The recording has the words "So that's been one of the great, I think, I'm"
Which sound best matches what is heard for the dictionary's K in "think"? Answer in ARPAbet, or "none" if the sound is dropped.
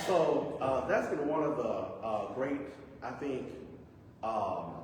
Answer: K